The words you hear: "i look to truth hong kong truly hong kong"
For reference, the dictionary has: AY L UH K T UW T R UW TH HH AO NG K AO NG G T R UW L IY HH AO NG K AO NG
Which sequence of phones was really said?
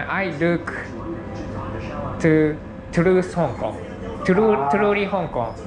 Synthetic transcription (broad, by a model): AY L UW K T UW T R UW S HH AO NG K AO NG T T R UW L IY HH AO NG K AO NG